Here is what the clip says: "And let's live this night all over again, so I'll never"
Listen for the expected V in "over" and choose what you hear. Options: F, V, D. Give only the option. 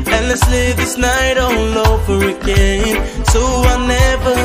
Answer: F